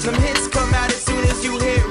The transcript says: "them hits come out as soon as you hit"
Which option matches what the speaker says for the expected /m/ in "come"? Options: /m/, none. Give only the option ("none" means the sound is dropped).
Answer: /m/